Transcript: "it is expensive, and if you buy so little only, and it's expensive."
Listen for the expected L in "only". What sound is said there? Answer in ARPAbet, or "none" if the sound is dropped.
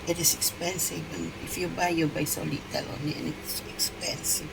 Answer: none